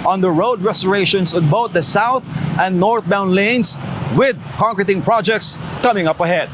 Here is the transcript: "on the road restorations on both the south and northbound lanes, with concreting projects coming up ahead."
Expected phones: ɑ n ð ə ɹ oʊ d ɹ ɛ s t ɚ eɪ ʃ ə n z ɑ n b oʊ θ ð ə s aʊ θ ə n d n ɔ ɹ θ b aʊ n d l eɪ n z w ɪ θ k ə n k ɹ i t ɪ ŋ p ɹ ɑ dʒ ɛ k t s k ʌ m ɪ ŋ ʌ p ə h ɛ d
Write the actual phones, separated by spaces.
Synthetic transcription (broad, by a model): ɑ n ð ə ɹ oʊ d ɹ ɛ s t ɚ eɪ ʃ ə n s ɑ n b oʊ t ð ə s aʊ θ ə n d n ɔ ɹ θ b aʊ n l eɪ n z w ɪ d k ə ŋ k ɹ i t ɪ ŋ p ɹ ɑ dʒ ɛ k t s k ʌ m ɪ ŋ ʌ p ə h ɛ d